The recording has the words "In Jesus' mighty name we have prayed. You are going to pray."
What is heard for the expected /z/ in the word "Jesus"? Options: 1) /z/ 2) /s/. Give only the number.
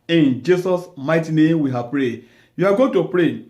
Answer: 2